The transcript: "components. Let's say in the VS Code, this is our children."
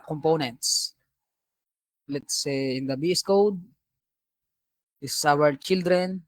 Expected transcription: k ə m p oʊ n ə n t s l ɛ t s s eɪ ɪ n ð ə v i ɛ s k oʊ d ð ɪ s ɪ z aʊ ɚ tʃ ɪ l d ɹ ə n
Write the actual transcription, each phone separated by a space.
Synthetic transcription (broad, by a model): k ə m p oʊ n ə n t s l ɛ t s s eɪ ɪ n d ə b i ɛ s k oʊ d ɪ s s aʊ ɚ tʃ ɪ l d ɹ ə n